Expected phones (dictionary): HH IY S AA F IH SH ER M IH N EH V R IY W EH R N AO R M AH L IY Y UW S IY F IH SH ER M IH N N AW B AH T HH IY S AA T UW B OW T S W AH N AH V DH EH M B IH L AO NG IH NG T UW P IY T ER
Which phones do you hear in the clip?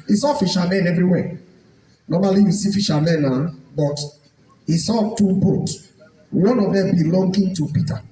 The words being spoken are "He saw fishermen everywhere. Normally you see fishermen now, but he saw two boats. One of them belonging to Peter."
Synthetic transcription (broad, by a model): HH IY S AA F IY SH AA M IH N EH V R IY W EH N AO M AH L IY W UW S IY F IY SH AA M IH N N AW B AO T HH IY S AA T UW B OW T W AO N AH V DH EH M B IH L AO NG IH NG T UW P IY T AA